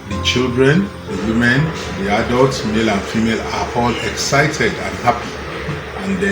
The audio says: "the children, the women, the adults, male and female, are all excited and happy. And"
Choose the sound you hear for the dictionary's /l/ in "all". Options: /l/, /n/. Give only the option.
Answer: /l/